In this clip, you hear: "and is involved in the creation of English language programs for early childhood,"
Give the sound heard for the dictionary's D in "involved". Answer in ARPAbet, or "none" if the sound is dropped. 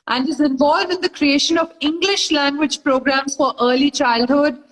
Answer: D